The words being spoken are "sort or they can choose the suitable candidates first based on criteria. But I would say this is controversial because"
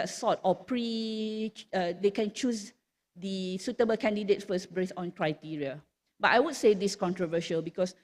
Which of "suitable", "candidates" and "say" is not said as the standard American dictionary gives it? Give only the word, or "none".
candidates